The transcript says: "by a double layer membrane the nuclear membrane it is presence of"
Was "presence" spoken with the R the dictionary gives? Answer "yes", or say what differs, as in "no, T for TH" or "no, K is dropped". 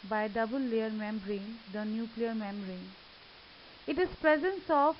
yes